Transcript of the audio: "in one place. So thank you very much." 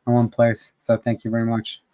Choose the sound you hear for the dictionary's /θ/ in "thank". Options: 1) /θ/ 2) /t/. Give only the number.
1